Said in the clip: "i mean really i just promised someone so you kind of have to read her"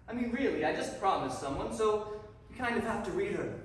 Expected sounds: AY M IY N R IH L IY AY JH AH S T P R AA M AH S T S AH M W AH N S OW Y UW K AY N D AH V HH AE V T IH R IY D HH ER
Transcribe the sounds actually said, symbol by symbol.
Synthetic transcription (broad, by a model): AY M IY N R IH L IY AY JH AH S P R AA M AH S S AH M W AH N S OW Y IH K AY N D AH V HH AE F T IH R IY D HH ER